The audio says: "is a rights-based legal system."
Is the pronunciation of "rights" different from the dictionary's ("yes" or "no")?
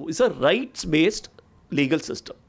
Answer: no